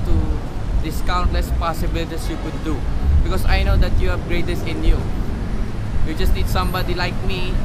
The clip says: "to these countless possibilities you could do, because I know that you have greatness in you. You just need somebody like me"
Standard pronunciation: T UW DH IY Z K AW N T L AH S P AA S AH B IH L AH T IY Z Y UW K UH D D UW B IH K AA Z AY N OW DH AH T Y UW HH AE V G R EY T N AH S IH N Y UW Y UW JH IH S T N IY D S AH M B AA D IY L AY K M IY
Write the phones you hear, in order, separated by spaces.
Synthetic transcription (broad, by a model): T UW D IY S K AW N T L AH S P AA S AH B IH L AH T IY S Y UW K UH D D UW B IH K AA S AY N OW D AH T Y UW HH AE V G R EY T AH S IH N Y UW Y UW JH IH S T N IY D S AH M B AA D IY L AY K M IY